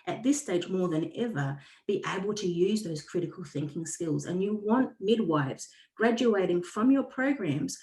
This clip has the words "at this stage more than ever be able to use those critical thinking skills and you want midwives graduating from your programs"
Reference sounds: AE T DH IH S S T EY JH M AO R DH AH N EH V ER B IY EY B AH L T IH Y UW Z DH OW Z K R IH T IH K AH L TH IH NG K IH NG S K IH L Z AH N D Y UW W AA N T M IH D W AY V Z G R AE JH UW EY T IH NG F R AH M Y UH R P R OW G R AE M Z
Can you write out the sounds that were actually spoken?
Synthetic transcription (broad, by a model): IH T DH IH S S T EY JH M AO R DH AH N EH V ER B IY EY B AH L T IH Y UW Z DH OW Z K R IH T IH K AH L TH IH NG K IH NG S K IH L Z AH N Y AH W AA N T M IH D W AY V Z G R AE JH UW EY T IH NG F R AH M Y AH R P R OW G R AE M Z